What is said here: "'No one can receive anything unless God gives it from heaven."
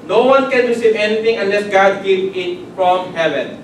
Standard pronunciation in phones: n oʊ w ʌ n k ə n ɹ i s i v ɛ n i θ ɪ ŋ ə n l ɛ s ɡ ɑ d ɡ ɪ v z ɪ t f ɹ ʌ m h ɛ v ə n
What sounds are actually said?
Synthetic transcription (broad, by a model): n oʊ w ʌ n k ə n ɹ i s i v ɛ n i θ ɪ ŋ ə n l ɛ s ɡ ɑ d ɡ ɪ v ɪ t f ɹ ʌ m h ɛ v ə n